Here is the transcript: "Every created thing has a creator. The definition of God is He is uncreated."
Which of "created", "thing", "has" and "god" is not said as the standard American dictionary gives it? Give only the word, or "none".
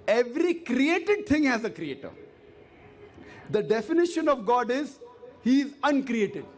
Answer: thing